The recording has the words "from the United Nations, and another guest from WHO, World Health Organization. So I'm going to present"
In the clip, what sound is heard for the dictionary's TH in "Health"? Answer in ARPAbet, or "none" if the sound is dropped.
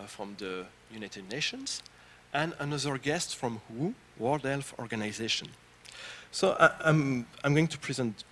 F